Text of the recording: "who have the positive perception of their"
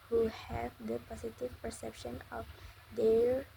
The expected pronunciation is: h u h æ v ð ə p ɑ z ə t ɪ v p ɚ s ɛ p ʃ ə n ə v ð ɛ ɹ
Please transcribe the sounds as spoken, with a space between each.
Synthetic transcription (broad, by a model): h u h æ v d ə p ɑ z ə t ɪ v p ɚ s ɛ p ʃ ə n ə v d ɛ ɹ